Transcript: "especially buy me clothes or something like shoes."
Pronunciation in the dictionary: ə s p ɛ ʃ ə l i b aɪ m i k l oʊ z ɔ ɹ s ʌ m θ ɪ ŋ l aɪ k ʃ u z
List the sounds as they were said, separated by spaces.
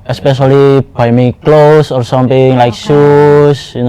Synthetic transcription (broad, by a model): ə s p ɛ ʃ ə l i b aɪ m i k l oʊ s ɔ ɹ s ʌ m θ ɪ ŋ l aɪ k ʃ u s